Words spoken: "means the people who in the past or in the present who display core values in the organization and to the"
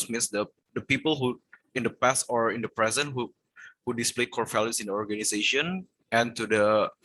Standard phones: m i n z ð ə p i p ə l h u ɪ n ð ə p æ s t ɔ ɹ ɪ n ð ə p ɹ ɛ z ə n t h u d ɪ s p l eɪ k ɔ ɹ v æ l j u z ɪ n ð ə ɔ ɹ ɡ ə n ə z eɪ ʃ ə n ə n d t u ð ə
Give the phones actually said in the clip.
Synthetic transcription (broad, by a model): m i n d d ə p i p ə l h u ɪ n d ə p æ s t ɔ ɹ ɪ n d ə p ɹ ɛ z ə n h h u d ɪ s p l eɪ k ɔ ɹ f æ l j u s ɪ n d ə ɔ ɹ ɡ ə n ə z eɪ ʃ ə n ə n t u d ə